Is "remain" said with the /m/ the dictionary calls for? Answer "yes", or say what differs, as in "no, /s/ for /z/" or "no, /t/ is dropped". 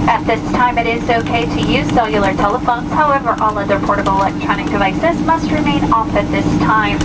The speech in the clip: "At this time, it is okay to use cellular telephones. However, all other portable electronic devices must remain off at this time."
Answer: yes